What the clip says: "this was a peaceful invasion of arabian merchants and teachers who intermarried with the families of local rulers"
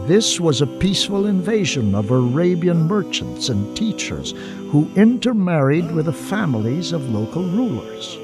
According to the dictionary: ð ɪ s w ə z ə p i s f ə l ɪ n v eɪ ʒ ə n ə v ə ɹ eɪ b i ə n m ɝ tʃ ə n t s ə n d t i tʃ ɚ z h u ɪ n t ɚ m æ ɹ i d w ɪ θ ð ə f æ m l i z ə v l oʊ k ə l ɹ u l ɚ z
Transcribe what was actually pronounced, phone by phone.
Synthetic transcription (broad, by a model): ð ɪ s w ə z ə p i s f ə l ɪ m v eɪ ʒ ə n ə v ə ɹ eɪ b i ə n m ɝ tʃ ə n t s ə n t i tʃ ɚ z h u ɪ n t ɚ m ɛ ɹ i d w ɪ ð ə f æ m l i z ə v l oʊ k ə l ɹ u l ɚ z